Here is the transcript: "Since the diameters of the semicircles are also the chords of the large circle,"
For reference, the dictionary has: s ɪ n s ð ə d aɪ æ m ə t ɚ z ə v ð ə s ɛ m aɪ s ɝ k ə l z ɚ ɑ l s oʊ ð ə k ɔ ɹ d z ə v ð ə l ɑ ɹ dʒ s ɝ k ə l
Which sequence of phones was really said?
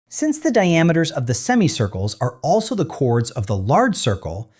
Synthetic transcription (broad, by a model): s ɪ n s ð ə d aɪ æ m ə t ɚ z ə v ð ə s ɛ m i s ɝ k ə l z ɚ ɑ l s oʊ ð ə k ɔ ɹ d z ə v ð ə l ɑ ɹ dʒ s ɝ k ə l